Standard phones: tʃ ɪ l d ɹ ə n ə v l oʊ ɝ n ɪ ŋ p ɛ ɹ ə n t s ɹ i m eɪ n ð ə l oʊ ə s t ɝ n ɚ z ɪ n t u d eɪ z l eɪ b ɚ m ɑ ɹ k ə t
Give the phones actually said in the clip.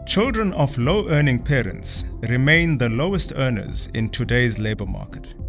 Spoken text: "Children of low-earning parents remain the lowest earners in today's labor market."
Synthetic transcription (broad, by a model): tʃ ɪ l d ɹ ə n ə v l oʊ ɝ n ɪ ŋ p ɛ ɹ ə n t s ɹ i m eɪ n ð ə l oʊ ə s t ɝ n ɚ z ɪ n t u d eɪ z l eɪ b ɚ m ɑ k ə t